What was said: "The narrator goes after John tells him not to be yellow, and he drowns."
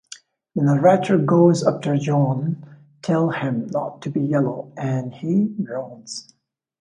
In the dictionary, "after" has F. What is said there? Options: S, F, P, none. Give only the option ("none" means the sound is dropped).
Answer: P